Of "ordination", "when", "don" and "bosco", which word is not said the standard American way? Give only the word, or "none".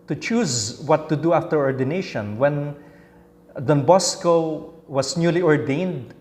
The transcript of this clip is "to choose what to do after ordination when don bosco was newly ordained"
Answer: none